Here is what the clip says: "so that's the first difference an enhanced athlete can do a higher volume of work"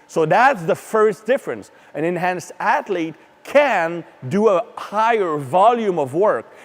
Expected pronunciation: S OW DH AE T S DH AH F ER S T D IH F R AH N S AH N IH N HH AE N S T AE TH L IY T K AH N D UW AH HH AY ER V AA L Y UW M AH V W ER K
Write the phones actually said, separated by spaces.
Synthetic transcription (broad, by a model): S OW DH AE T S DH AH F ER S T D IH F R AH N S AH N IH N HH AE N S AE T L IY T K AH N D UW AH HH AY ER V AA L Y UW M AH V W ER K